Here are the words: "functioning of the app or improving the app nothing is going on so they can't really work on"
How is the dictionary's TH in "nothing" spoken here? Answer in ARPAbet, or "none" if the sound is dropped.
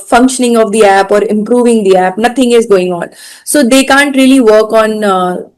T